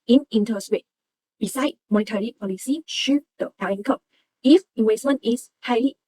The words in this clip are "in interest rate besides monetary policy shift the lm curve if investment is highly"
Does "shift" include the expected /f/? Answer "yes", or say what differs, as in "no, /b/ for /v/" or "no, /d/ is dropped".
no, /f/ is dropped